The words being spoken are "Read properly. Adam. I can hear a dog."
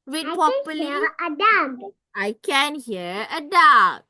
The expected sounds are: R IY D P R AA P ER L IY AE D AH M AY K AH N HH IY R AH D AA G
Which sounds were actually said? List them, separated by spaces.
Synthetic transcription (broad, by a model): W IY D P AA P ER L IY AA D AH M AY K AH N HH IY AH AH D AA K